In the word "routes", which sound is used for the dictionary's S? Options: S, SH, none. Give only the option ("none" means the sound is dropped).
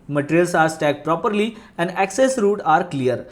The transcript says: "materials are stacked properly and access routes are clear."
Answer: none